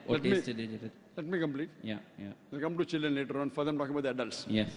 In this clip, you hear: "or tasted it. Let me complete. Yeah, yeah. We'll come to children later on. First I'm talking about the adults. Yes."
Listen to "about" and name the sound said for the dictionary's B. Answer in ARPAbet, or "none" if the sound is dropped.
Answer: none